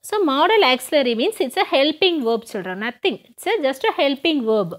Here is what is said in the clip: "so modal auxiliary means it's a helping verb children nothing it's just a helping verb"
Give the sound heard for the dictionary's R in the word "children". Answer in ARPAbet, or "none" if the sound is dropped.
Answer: none